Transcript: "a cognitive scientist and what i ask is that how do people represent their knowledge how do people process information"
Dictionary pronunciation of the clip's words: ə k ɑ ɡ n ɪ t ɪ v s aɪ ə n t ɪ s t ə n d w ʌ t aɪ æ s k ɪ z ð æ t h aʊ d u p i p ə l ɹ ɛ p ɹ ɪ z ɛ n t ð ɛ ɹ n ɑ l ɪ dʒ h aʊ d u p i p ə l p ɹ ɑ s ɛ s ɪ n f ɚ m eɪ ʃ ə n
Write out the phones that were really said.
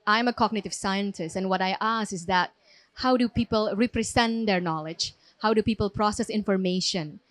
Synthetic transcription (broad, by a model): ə k ɑ ɡ n ɪ t ɪ v s aɪ ə n t ɪ s t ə n w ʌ t aɪ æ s ɪ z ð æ t h aʊ d u p i p ə l ɹ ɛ p ɹ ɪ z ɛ n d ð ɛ ɹ n ɑ l ɪ dʒ h aʊ d u p i p ə l p ɹ ɑ s ɛ s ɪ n f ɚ m eɪ ʃ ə n